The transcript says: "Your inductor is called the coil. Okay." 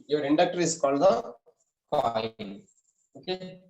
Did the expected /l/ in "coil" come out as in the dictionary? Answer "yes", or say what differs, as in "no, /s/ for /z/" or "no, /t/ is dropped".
no, /n/ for /l/